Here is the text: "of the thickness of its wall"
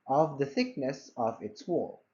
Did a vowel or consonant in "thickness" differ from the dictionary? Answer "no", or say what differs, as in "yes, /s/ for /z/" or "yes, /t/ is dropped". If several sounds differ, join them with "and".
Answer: no